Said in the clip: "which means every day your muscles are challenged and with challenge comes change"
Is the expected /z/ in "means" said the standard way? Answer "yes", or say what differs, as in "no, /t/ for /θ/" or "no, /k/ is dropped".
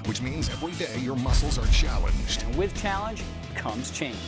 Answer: yes